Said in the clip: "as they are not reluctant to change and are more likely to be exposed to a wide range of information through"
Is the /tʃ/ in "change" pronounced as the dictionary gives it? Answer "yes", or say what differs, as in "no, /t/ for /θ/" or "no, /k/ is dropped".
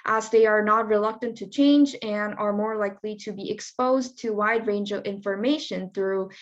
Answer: yes